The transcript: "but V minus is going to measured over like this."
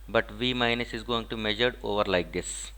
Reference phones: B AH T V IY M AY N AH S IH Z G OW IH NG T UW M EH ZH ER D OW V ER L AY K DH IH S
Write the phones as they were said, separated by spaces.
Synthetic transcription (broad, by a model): B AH T V IY M AY N AH S IH Z G OW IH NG T UW M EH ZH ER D OW V ER L AY K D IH S